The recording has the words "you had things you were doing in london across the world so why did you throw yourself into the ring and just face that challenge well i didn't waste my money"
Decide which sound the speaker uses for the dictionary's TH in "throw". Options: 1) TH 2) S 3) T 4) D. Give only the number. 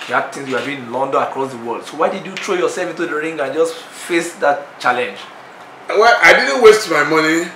3